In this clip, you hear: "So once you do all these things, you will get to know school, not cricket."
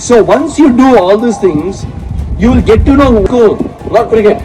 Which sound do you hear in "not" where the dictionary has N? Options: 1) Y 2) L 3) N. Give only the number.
2